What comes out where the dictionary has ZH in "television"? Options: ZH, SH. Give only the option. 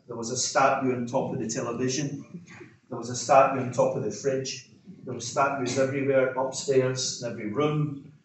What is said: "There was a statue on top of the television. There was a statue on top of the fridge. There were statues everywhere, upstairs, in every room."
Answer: ZH